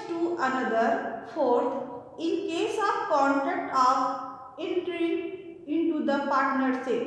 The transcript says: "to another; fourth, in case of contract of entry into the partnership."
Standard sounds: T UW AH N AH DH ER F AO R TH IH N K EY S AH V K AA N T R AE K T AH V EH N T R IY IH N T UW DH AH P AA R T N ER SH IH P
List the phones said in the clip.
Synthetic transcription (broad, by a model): T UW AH N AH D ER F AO R T IH N K EY S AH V K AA N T R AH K T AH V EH N T R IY IH N T UW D AH P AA R T N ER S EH